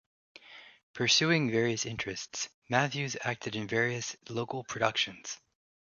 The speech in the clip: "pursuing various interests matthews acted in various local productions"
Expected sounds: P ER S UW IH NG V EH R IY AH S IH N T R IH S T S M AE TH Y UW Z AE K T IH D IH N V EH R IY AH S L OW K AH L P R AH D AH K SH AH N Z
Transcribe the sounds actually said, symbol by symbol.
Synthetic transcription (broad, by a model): P ER S UW IH NG V EH R IY AH S IH N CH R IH S T S M AE TH Y UW Z AE K T IH D IH N V EH R IY AH S L OW K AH L P R AH D AH K SH AH N Z